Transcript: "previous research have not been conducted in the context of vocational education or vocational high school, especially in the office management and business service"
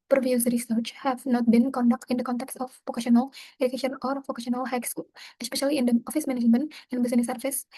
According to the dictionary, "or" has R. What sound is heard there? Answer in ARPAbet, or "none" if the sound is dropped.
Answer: R